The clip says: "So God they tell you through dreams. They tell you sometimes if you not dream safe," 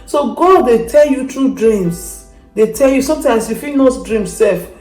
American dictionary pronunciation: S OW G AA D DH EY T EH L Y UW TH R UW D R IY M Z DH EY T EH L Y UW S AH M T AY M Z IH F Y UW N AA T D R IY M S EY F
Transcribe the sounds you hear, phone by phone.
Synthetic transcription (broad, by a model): S OW G AA D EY T EH L Y UW T R UW D R IY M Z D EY T EH L Y UW S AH M T AY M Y IH F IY N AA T D R IY M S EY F